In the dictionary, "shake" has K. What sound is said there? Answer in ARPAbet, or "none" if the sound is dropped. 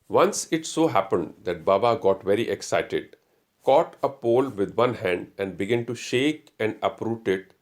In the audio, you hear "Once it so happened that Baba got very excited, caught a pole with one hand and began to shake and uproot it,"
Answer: K